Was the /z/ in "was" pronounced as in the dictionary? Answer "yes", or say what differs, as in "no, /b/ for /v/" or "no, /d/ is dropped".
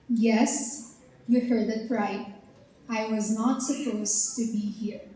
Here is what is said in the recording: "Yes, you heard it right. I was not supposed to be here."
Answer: yes